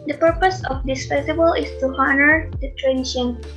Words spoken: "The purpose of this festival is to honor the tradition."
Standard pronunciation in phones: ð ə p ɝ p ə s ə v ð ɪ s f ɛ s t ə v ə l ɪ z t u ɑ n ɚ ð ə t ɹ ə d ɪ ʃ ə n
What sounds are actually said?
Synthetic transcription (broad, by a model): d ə p ɝ p ə s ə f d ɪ s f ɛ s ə b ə l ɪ s t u ɑ n ɚ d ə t ɹ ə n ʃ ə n